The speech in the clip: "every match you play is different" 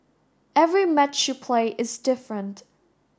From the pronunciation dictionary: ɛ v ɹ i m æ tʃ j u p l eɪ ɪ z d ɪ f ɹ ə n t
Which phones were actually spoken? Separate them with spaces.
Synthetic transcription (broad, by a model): ɛ v ɹ i m æ tʃ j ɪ p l eɪ ɪ z d ɪ f ɹ ə n t